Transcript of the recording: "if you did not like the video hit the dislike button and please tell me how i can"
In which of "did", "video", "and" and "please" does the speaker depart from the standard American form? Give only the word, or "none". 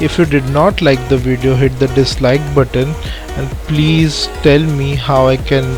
none